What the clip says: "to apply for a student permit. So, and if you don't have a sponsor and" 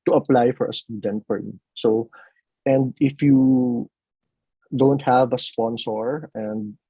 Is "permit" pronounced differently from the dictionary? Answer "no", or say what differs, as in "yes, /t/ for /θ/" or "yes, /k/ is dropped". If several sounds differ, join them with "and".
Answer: yes, /f/ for /p/